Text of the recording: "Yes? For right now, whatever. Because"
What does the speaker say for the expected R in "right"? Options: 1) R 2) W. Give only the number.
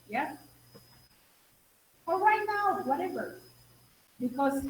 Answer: 2